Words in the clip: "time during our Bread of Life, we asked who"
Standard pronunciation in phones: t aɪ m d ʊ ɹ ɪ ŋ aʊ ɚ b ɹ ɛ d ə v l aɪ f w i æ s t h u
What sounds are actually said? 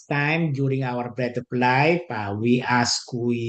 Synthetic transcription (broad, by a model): t aɪ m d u ɹ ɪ ŋ aʊ ɚ b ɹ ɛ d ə p l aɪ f w i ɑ s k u